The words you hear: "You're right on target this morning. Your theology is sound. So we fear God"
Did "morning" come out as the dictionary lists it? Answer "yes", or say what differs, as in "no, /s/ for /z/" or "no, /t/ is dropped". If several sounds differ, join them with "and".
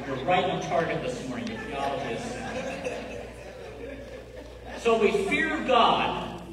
no, /n/ is dropped